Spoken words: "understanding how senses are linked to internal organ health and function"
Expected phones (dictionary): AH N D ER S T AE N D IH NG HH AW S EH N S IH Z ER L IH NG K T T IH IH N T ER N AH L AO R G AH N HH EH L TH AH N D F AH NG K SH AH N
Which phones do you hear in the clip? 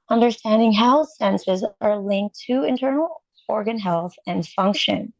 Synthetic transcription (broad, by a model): AH N D ER S T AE N D IH NG HH AW S EH N S IH Z ER L IH NG K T T IH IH N T ER N L AO R G AH N HH EH L TH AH N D F AH NG K SH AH N